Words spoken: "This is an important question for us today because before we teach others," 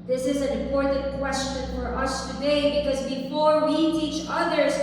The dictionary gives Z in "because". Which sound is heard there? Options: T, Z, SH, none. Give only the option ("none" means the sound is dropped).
Z